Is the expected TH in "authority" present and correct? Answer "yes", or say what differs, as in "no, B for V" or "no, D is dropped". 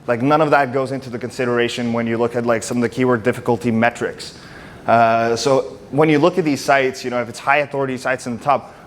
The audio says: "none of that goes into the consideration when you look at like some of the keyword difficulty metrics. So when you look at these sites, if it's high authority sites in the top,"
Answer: yes